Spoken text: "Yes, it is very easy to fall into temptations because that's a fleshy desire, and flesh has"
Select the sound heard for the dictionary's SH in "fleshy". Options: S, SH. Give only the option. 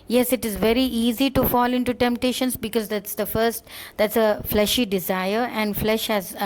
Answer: SH